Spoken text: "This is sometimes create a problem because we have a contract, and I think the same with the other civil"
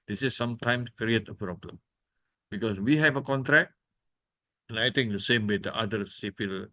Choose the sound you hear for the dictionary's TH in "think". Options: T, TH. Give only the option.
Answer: T